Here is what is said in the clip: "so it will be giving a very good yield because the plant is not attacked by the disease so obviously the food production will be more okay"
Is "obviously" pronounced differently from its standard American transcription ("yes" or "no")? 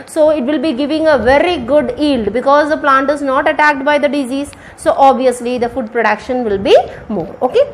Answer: no